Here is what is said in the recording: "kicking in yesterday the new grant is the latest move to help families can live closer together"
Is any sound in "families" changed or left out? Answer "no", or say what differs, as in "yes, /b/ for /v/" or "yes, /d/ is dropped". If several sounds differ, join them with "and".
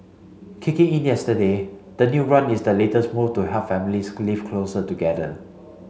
yes, /l/ is dropped